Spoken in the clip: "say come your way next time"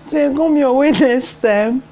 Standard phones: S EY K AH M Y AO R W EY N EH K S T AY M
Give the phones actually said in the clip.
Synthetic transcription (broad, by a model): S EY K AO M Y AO W EY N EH S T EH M